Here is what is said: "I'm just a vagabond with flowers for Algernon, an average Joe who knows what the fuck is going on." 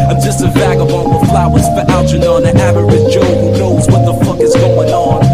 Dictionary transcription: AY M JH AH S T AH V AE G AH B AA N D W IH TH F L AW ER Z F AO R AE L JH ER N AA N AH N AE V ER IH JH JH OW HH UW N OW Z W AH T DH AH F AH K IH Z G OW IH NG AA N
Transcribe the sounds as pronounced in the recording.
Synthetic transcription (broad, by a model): AY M JH AH S T AH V AE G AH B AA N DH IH F L AW ER Z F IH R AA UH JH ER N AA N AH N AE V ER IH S JH OW HH UW N OW Z W AH T DH AH F AH K IH Z G OW IH NG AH N